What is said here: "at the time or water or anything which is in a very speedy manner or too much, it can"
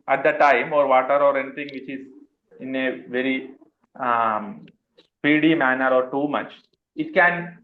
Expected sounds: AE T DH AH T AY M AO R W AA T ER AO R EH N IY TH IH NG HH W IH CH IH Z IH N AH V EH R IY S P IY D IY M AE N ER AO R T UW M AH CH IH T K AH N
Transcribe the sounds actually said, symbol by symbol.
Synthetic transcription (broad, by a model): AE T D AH T AY M AO R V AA T ER AO R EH N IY T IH NG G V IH CH IH Z IH N AH V EH R IY S P IY D IY M AE N ER AO R T UW M AH CH IH T K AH N